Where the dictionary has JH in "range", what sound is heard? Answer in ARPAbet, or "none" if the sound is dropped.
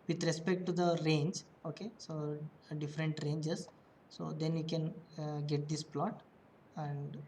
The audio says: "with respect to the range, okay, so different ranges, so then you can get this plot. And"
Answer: JH